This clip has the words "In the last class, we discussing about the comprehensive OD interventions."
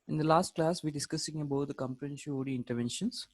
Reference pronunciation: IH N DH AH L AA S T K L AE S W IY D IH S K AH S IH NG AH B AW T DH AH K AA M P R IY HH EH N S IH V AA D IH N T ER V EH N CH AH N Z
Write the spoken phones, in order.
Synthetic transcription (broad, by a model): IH N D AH L AA S T K L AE S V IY D IH S K AH S IH NG AH B AW T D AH K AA M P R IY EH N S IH AA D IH N T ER V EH N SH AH N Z